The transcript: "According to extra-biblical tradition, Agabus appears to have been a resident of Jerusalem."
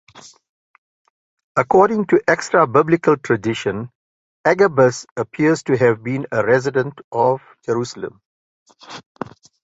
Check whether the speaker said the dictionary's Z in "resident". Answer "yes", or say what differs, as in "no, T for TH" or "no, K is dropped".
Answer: yes